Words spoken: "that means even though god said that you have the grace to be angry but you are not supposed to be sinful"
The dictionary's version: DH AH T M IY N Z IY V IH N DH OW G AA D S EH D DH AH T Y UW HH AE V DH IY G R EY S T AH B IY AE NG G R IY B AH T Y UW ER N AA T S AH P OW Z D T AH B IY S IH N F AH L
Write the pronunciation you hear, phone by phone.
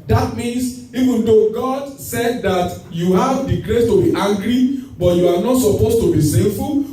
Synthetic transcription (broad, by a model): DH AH T M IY N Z IY V IH N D OW G AA D S EH D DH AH T Y UW HH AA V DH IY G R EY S T AH B IY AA NG G R IY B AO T Y UW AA N AA T S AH P OW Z T AH B IY S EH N F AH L